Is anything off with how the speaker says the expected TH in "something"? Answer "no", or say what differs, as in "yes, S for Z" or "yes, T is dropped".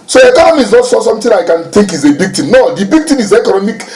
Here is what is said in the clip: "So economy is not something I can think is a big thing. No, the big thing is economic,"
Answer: yes, T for TH